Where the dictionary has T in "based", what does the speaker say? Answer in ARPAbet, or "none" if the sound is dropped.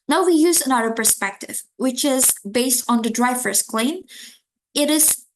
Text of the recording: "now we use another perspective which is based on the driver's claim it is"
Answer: T